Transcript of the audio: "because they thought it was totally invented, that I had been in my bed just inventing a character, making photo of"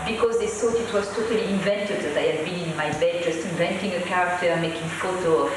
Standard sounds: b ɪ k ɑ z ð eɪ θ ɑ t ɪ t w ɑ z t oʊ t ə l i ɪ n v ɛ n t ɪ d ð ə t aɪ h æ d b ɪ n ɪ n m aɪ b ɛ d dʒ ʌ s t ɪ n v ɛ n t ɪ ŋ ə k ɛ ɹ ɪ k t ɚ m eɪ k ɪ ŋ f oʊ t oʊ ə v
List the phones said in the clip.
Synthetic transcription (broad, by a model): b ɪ k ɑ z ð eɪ s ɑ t ɪ t w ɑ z t oʊ t ə l i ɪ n v ɛ n t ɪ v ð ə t aɪ h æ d b ɪ n ɪ n m aɪ b ɛ d dʒ ʌ s t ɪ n v ɛ n t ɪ ŋ ə k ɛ ɹ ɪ k t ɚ m eɪ k ɪ ŋ f oʊ t oʊ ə